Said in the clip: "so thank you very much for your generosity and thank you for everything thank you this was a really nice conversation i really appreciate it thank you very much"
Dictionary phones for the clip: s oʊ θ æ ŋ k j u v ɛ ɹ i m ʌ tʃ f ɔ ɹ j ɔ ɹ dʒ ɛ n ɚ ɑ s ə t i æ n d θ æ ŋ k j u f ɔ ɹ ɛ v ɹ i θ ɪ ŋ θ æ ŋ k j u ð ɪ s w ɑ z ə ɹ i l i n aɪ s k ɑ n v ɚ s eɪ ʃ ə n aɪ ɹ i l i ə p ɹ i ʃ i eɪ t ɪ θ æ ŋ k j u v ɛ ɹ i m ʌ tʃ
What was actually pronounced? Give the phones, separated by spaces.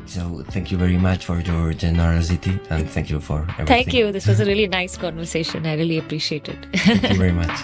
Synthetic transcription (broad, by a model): s oʊ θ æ ŋ k j u v ɛ ɹ i m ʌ tʃ f ɔ ɹ j ɔ ɹ dʒ ɛ n ɚ ɑ s ə t i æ n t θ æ ŋ k j u f ɔ ɹ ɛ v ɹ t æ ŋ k j u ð ɪ s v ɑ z ə ɹ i l i n aɪ s k ɑ n v ɚ s eɪ ʃ ə n aɪ ɹ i l i ə p ɹ i ʃ i eɪ t ɪ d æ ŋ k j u v ɛ ɹ i m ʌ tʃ